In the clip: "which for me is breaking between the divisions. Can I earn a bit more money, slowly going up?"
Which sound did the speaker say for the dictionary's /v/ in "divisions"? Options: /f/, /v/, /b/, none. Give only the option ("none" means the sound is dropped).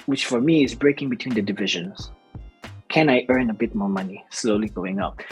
/v/